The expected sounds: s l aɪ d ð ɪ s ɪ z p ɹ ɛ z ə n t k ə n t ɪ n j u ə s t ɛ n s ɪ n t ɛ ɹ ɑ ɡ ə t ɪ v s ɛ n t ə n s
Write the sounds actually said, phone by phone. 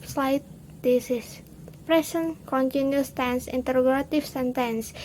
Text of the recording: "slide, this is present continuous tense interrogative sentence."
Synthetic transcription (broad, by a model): s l aɪ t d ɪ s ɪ s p ɹ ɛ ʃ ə n k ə n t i n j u s t ɛ n s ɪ n t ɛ ɹ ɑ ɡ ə t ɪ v s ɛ n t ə n s